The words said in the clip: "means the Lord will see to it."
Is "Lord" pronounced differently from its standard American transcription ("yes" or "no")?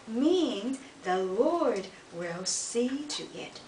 no